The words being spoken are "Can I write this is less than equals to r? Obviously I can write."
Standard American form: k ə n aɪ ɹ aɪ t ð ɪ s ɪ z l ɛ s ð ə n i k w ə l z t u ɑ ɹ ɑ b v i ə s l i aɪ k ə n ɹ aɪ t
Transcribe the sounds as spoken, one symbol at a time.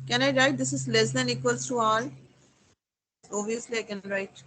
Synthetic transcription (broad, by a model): k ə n aɪ ɹ aɪ t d ɪ s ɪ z l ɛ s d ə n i k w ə l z t u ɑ l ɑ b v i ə s l i aɪ k ə n ɹ aɪ t